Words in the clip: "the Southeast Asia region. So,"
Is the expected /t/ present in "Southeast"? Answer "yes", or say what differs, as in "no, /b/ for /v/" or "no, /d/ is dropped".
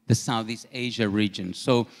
yes